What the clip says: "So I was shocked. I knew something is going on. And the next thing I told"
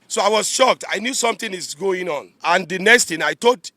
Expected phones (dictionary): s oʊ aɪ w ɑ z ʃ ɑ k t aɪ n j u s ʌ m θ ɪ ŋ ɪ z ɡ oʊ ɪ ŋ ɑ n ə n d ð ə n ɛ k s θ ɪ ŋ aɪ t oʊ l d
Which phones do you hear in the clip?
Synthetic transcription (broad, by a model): s oʊ aɪ w ɑ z ʃ ɑ k t aɪ n j u s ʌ m t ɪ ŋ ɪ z ɡ oʊ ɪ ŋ ɑ n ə n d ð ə n ɛ k s t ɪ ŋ aɪ t oʊ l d